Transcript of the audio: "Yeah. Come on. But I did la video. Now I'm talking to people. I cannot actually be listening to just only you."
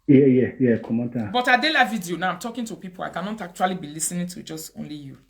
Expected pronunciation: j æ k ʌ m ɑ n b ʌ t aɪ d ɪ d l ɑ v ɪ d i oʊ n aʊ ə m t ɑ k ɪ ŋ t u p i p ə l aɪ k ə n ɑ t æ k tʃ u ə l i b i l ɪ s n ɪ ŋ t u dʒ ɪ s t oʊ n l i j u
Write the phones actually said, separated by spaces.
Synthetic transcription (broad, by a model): j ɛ k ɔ m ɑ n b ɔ t aɪ d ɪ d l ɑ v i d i oʊ n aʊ ə m t ɑ k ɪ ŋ t u p i p ə l aɪ k ə n ɑ t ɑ k tʃ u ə l i b i l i s n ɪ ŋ t u dʒ ɪ s t oʊ n l i j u